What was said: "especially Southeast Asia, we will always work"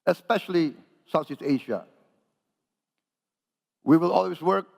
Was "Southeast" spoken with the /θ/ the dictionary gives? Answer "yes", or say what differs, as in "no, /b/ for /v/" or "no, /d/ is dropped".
no, /s/ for /θ/